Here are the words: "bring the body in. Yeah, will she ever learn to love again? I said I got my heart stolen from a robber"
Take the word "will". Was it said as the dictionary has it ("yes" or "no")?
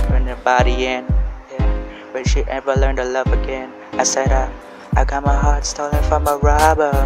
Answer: no